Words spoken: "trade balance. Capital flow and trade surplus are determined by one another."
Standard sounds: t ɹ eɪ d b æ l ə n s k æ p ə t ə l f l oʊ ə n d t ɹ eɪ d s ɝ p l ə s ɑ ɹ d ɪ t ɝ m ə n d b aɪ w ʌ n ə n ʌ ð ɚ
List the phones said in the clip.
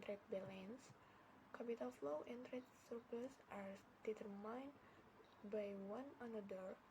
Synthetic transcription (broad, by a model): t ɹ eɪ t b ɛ l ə n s k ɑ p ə t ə l f l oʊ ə n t ɹ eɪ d s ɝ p ə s ɑ ɹ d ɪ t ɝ m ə n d b aɪ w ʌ n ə n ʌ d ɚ